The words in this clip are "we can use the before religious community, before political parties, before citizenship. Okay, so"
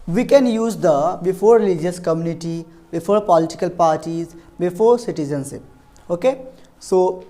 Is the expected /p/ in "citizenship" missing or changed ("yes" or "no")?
yes